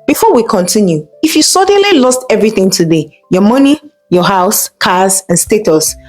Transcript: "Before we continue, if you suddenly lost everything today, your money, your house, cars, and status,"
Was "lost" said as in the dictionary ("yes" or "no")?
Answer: yes